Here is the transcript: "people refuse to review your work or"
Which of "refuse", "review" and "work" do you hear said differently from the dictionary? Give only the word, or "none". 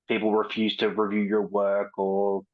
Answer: none